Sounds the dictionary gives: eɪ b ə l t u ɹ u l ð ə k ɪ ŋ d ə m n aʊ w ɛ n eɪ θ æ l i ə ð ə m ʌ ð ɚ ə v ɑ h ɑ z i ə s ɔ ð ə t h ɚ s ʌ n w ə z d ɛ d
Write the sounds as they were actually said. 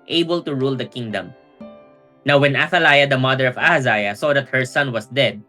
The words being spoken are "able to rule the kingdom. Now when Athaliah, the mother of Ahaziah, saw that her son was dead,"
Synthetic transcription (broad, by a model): eɪ b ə l t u ɹ u l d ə k ɪ ŋ d ə m n aʊ w ɛ n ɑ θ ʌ l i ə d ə m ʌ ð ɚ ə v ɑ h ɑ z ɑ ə s ɔ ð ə t h ɚ s ʌ n w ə s d ɛ d